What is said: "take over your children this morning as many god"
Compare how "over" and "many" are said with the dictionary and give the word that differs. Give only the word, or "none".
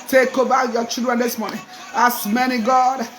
over